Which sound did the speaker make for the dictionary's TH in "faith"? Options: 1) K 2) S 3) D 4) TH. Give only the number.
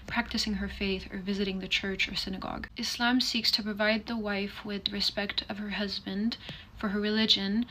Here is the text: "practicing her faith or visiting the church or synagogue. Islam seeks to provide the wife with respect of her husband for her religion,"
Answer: 4